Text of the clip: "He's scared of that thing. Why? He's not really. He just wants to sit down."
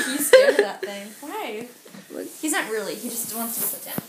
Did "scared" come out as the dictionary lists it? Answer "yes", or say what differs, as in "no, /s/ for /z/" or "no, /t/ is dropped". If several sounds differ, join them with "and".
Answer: no, /k/ is dropped